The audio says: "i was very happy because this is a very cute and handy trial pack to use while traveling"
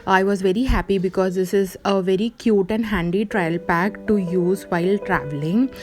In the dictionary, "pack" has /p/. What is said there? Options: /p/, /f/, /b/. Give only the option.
/p/